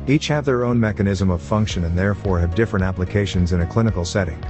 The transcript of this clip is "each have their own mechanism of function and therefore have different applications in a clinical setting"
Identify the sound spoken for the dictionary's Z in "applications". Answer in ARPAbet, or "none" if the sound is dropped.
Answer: Z